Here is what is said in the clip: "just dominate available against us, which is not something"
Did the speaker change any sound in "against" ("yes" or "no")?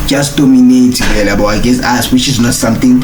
yes